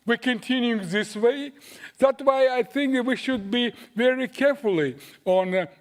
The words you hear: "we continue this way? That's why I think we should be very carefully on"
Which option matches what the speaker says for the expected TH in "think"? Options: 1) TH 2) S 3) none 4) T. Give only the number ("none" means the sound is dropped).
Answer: 1